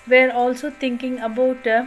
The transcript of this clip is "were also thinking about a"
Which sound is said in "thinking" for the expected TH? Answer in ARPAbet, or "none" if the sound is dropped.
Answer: T